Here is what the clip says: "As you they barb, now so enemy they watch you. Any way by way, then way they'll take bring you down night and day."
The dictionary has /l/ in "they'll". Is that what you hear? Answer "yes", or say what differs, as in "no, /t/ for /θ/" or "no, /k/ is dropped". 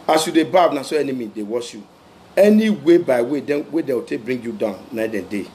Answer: no, /w/ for /l/